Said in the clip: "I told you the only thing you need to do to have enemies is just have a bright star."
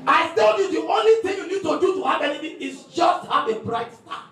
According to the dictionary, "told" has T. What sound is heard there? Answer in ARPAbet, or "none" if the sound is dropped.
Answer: S